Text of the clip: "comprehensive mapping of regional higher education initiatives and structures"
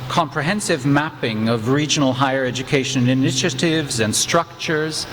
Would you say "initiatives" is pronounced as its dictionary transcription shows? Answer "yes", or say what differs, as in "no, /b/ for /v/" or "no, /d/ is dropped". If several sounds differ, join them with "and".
yes